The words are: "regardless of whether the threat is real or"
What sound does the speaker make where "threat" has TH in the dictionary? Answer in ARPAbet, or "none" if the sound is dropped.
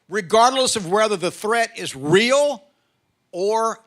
TH